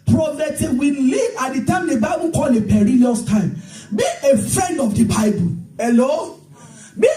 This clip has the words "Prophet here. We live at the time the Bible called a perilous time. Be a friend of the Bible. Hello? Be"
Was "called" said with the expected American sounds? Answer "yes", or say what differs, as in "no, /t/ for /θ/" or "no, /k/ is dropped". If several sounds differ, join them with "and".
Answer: no, /d/ is dropped